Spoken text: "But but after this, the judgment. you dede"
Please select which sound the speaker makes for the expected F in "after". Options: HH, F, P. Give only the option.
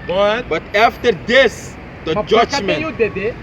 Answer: F